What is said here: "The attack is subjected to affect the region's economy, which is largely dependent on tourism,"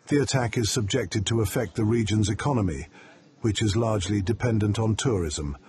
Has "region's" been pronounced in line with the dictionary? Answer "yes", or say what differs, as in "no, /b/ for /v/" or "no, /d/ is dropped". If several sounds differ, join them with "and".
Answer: yes